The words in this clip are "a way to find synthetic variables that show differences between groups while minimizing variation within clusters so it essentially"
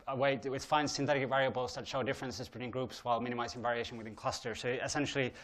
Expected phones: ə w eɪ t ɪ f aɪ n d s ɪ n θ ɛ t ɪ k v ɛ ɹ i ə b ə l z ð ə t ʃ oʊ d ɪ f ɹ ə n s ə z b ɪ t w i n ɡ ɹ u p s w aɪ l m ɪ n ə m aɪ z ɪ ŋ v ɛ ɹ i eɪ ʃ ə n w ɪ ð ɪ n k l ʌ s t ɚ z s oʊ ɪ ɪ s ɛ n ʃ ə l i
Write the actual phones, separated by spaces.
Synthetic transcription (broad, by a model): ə w eɪ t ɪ f aɪ n s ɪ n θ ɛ t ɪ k v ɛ ɹ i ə b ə l z ð ə t ʃ oʊ d ɪ f ɹ ə n s ə z b ɪ t w i n ɡ ɹ u p s w aɪ l m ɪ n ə m aɪ z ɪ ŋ v ɛ ɹ i eɪ ʃ ə n w ɪ ð ɪ n k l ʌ s t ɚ s oʊ ɪ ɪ s ɛ n ʃ l i